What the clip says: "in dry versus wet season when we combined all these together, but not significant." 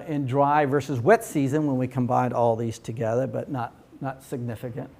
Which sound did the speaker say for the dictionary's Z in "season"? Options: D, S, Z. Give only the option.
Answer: Z